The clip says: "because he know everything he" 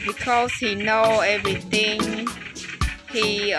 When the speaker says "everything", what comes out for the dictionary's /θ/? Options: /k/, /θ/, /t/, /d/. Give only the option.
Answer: /t/